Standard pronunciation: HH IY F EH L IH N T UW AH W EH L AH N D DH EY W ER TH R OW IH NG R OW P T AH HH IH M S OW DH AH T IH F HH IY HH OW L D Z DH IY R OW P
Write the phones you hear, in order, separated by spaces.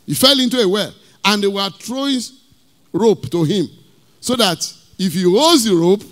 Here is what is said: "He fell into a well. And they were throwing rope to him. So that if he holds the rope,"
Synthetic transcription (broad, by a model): HH IY F EH L IH N T UW AH W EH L AH N D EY W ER T R OW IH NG R OW P T AH HH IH M S OW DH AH T IH F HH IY OW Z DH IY R OW P